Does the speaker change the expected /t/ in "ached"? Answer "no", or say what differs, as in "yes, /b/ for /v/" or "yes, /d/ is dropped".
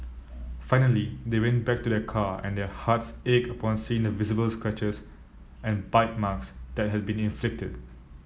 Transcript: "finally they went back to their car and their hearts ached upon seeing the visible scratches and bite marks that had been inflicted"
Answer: yes, /t/ is dropped